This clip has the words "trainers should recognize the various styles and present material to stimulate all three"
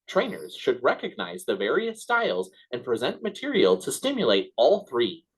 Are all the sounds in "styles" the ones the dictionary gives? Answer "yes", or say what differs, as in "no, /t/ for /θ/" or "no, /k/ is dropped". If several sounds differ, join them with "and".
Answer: yes